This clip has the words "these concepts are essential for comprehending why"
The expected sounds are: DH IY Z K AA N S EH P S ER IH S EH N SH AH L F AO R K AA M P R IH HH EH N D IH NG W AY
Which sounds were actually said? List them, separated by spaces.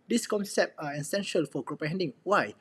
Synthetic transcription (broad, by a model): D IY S K AA N S EH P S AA IH S EH N SH AH L F AO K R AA P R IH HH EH N D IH NG W AY